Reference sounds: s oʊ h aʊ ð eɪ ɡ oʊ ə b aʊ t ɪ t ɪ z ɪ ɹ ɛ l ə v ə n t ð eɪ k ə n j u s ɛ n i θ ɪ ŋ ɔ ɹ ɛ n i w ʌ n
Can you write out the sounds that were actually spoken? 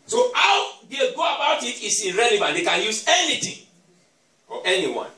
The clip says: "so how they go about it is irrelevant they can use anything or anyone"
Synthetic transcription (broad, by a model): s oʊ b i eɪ ɡ oʊ ə b aʊ t ɪ t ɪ s ɪ ɹ ɛ l ə v ə n t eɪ k ə n j u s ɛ n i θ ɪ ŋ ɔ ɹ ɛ n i w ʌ n